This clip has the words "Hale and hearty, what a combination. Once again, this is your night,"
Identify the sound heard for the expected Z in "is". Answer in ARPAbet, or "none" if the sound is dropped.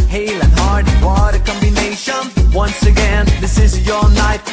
Z